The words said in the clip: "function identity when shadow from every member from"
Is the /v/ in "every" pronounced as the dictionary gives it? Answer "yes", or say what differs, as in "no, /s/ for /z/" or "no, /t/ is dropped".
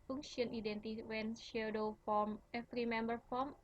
no, /f/ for /v/